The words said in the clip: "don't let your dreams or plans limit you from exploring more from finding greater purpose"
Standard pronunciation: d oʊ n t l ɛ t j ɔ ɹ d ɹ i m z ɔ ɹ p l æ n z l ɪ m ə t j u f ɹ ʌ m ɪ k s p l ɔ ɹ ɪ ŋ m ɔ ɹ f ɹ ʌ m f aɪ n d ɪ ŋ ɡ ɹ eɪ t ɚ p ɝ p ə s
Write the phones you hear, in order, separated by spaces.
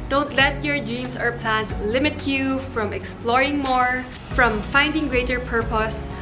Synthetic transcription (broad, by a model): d oʊ n t l ɛ t j ɔ ɹ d ɹ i m s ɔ ɹ p l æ n s l ɪ m ə t j u f ɹ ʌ m ɪ k s p l ɔ ɹ ɪ ŋ m ɔ ɹ f ɹ ʌ m f aɪ n d ɪ ŋ ɡ ɹ eɪ t ɚ p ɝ p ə s